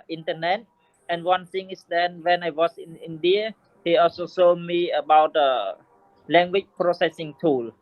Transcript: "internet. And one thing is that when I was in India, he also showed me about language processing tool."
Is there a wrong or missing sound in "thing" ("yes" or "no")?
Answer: yes